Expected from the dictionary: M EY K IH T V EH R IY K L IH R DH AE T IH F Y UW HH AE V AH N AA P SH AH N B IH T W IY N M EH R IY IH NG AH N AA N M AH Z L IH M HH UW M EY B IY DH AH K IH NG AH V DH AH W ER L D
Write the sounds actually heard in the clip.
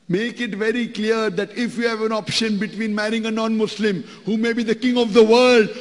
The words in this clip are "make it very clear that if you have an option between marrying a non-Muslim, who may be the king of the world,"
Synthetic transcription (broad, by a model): M EY K IH T V EH R IY K L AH R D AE T IH F Y UW HH AE V AH N AA P SH AH N B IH T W IY N M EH R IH NG AH N AA N M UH S L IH M HH UW M EY B IY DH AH K IH NG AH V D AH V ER L D